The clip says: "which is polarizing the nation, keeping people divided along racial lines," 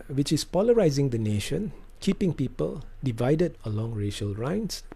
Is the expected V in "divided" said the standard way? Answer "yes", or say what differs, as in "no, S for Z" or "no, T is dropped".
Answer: yes